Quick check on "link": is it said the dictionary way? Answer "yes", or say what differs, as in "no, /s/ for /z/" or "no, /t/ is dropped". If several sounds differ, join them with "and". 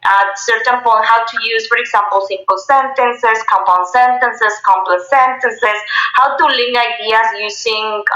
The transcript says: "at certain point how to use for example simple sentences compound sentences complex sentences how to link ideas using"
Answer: no, /k/ is dropped